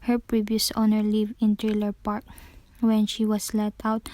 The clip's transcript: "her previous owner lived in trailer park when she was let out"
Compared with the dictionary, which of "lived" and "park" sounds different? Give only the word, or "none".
lived